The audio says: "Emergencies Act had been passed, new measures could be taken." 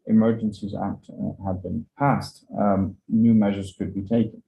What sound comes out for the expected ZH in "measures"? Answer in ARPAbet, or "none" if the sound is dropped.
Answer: ZH